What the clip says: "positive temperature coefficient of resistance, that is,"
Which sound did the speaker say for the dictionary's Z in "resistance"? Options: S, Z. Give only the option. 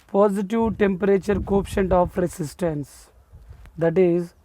S